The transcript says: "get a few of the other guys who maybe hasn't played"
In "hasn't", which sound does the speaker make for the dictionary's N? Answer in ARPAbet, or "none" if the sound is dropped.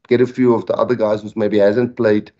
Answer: N